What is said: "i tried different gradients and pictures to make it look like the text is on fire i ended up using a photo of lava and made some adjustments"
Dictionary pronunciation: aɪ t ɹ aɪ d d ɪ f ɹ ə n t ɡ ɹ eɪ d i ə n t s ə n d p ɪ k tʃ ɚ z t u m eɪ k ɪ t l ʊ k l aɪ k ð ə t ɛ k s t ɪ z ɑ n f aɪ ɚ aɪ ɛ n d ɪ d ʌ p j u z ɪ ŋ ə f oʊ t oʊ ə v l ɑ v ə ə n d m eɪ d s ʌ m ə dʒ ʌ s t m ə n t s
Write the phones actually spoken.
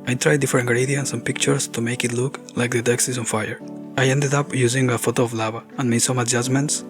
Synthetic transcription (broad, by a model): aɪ t ɹ aɪ d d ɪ f ə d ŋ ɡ ɹ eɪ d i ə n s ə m p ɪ k tʃ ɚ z t u m eɪ k ɪ t l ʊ k l aɪ k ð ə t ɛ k s ɪ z ɑ n f aɪ ɚ aɪ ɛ n d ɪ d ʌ p j u z ɪ ŋ ə f oʊ t oʊ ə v l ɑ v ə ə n m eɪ s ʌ m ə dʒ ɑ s m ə n t s